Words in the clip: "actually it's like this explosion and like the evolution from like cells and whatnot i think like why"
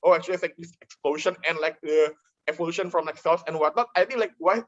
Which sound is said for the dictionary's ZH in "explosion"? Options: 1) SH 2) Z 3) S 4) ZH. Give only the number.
1